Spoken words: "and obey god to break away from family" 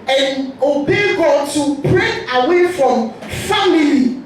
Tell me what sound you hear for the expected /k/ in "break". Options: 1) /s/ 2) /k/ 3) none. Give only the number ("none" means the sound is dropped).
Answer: 3